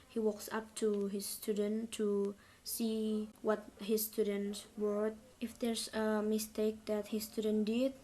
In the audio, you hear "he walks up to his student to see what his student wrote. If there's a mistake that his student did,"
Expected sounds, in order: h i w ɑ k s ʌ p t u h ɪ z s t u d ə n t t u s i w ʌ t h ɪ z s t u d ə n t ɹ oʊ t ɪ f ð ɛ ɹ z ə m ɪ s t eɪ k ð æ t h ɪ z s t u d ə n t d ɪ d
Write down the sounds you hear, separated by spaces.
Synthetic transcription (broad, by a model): h i w ɑ k s ʌ p t u h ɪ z s t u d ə n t t u s i w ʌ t h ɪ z s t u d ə n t w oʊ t ɪ f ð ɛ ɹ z ə m ɪ s t eɪ k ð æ t h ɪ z s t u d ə n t d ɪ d